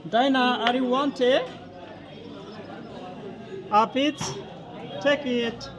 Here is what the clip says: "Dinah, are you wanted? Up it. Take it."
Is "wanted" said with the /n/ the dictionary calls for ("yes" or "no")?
yes